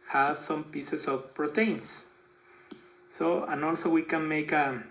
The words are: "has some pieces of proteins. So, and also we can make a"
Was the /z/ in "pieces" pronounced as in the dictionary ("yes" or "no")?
no